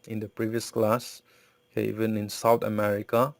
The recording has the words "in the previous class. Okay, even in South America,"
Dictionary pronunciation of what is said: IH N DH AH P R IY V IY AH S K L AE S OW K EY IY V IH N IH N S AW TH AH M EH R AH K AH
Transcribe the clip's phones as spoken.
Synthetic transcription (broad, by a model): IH N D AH P R IY V IY AH S K L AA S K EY IY V IH N IH N S AW T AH M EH R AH K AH